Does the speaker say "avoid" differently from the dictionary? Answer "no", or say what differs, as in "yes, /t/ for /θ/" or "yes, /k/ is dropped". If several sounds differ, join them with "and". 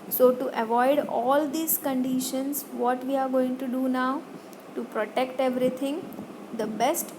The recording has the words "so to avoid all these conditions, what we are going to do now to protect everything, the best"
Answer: no